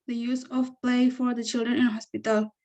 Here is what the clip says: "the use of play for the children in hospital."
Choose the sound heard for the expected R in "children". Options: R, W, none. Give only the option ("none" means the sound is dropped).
R